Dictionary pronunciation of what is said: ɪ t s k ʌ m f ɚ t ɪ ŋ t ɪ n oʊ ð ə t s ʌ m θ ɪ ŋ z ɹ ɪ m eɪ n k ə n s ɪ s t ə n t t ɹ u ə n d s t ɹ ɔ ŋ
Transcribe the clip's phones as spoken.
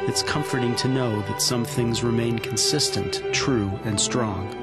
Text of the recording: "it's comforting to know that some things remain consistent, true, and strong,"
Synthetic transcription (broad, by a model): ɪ t s k ʌ m f ɚ t ɪ ŋ t ɪ n oʊ ð ə t s ʌ m θ ɪ ŋ z ɹ ɪ m eɪ n k n s ɪ s t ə n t t ɹ u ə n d s t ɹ ɔ ŋ